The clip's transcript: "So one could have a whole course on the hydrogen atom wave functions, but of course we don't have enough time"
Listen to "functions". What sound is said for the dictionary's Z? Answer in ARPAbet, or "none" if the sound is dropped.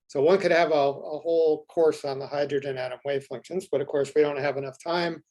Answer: Z